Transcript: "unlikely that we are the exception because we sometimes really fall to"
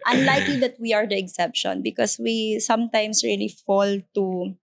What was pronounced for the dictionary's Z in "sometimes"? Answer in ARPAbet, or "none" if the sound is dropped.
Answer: S